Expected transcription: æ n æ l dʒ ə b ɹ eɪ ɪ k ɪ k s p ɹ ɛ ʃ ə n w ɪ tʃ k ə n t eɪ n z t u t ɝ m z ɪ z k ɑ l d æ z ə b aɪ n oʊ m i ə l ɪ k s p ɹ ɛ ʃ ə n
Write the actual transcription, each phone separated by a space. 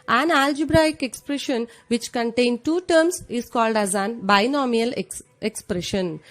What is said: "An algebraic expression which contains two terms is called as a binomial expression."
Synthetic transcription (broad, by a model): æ n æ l dʒ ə b ɹ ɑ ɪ k ɪ k s p ɹ ɛ ʃ ə n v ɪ tʃ k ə n t eɪ n t u t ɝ m s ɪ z k ɑ l d æ z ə b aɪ n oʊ m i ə l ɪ k s p ɹ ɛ ʃ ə n